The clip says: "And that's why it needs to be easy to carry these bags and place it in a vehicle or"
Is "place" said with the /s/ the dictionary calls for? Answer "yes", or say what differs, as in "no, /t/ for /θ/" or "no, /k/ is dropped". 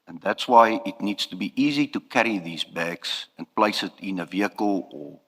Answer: yes